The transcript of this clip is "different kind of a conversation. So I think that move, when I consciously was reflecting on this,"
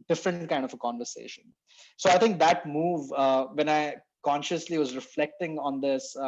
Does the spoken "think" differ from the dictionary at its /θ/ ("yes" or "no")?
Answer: yes